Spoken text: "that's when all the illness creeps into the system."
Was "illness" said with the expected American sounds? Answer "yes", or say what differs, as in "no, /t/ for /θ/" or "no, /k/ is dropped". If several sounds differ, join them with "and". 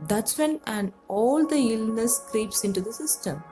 yes